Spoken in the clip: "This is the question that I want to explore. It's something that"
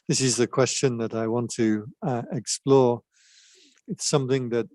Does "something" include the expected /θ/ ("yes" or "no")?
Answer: yes